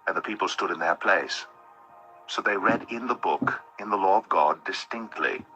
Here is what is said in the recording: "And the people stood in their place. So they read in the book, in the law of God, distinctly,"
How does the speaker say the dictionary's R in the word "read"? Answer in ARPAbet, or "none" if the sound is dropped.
R